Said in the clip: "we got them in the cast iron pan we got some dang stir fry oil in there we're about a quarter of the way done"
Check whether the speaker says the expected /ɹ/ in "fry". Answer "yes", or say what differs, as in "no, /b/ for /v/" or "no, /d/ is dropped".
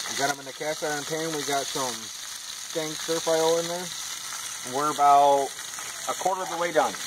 no, /ɹ/ is dropped